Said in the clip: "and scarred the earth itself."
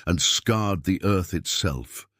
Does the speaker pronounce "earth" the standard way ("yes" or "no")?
yes